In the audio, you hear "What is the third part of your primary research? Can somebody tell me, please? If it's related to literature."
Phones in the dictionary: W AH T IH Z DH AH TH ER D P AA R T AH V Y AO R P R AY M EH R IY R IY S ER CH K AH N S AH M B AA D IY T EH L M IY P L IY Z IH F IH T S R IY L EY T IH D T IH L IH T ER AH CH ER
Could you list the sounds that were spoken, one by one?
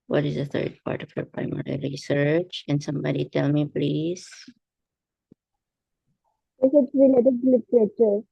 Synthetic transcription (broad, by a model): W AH T IH Z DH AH T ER D P AA R T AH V Y AO R P R AY M EH R IY R IY S ER CH K AH N S AH M B AA D IY T EH L M IY P L IY Z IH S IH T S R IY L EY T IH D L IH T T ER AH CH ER